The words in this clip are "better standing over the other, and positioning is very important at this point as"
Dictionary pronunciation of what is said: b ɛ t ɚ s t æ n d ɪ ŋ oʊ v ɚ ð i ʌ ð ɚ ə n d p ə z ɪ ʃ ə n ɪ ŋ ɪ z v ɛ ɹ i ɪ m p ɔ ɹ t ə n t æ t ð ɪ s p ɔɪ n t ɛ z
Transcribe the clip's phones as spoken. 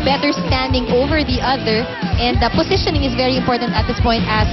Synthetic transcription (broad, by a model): b ɛ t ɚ s t æ n d ɪ ŋ oʊ v ɚ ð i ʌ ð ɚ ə n d p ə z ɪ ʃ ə n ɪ ŋ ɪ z v ɛ ɹ i ɪ m p ɔ ɹ t ə n t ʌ t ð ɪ s p ɔɪ n t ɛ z